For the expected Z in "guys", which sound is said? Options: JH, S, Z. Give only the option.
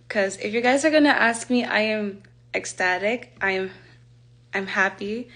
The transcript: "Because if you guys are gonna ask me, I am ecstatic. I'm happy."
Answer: Z